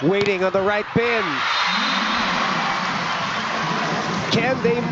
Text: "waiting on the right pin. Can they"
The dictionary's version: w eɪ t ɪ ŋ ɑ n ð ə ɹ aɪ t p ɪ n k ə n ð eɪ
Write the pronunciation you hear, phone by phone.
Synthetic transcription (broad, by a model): w eɪ t ɪ ŋ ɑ n ð ə ɹ aɪ t b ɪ n k ə n ð eɪ